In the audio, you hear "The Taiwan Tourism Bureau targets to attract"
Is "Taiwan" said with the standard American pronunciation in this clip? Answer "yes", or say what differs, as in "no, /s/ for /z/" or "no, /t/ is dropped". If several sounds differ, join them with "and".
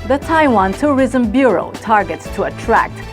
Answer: yes